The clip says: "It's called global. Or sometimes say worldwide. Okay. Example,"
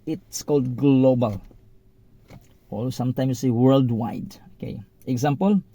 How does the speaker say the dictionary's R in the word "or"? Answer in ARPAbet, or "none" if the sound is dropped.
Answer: L